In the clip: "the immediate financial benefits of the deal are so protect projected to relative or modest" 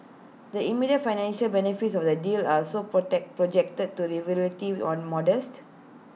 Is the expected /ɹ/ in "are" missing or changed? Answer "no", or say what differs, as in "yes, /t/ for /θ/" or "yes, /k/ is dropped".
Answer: yes, /l/ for /ɹ/